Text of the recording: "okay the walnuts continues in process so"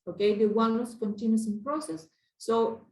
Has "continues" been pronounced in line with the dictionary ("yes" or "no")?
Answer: no